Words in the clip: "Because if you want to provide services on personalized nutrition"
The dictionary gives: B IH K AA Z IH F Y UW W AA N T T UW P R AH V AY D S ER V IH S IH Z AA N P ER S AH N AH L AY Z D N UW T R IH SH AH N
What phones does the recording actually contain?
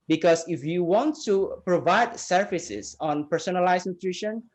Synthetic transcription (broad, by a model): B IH K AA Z IH F Y UW W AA N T T UW P R AH V AY D S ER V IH S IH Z AA N P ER S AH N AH L AY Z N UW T R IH SH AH N